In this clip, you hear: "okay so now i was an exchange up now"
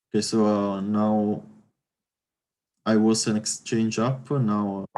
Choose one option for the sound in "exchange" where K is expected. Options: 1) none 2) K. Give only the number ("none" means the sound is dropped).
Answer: 2